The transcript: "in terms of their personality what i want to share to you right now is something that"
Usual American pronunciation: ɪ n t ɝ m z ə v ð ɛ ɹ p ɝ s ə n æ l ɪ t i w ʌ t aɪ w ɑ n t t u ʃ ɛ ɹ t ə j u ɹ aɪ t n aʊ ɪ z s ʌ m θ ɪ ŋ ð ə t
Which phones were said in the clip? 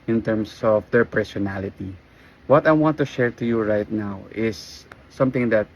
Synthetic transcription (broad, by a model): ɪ n t ɝ m s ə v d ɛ ɹ p ɝ s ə n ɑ l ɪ t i w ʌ t aɪ w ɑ n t t u ʃ ɛ ɹ t ə j u ɹ aɪ t n aʊ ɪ s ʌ m t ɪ ŋ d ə t